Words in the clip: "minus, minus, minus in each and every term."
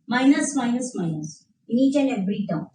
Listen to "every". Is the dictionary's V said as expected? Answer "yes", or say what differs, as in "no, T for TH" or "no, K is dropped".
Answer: no, B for V